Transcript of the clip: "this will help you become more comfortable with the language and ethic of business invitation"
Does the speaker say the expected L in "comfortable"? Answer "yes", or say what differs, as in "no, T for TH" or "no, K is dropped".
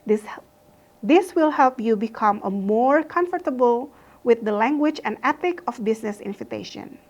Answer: yes